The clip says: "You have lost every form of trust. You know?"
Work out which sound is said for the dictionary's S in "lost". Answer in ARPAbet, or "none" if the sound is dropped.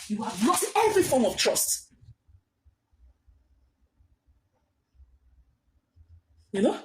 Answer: none